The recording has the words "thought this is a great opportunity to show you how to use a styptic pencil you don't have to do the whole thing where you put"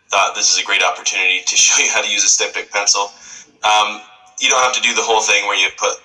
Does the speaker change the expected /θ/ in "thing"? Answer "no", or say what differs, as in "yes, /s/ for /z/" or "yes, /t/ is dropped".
no